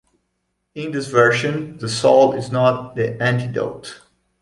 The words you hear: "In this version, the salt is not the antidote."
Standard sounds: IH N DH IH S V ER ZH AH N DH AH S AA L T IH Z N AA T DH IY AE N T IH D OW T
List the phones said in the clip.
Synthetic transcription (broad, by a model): IH N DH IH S V ER SH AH N DH AH S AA L IH Z N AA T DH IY AE N T IH D OW T